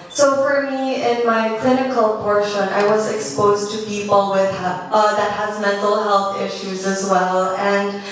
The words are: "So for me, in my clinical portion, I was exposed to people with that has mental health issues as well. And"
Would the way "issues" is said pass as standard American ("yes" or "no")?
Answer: yes